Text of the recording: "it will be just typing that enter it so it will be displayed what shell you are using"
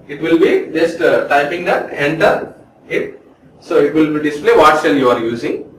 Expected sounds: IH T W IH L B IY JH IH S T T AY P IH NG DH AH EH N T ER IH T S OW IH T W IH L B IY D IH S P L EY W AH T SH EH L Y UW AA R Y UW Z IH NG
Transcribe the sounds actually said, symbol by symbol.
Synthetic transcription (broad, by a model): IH T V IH L B IY JH IH S T T AY P IH NG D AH EH N T ER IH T S OW IH T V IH L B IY D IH S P L EY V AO T S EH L Y UW AA R Y UW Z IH NG